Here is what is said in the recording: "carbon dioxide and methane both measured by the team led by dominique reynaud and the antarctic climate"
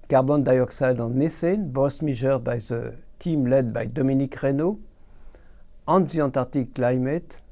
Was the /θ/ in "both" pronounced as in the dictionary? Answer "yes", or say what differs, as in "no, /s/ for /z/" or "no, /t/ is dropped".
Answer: no, /s/ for /θ/